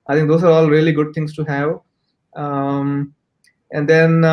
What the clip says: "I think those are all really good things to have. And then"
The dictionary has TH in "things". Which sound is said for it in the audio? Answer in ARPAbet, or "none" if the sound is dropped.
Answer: T